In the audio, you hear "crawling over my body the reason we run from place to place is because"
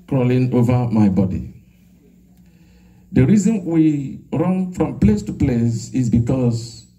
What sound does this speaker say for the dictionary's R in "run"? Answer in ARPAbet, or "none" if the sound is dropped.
R